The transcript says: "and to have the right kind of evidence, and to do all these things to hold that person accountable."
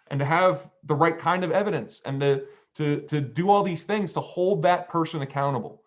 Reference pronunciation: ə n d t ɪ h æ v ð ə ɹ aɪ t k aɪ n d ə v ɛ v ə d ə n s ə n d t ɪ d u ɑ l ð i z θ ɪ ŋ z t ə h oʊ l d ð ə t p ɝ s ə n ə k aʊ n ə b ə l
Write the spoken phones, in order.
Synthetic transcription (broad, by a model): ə n t ɪ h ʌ v ð ə ɹ aɪ t k aɪ n d ə v ɛ v ə d ə n s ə n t t ɪ d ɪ ɑ l ð i z θ ɪ ŋ z t ə h oʊ l d ð ə t p ɝ s ə n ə k aʊ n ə b l